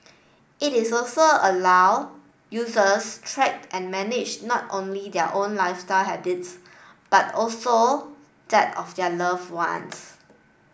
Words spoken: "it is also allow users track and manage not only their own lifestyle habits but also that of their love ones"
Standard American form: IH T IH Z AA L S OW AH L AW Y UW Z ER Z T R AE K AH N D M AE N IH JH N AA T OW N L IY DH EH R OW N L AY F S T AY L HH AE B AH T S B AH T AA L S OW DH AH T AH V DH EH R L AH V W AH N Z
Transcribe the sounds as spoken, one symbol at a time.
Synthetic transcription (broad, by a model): IH T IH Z AA L S OW AH L AW Y UW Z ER S T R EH K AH N M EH N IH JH N AA T OW N L IY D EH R OW N L AY F S T AY L HH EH B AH T S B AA T AA L S OW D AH T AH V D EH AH L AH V W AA N S